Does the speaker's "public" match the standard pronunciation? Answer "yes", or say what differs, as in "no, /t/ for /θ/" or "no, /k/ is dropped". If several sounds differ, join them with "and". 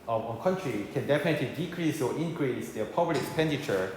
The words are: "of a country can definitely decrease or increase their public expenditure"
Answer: no, /k/ is dropped